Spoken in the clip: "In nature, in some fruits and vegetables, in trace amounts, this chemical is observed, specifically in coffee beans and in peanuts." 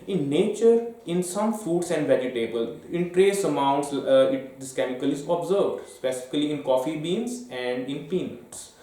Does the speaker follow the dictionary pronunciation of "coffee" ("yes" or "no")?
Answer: yes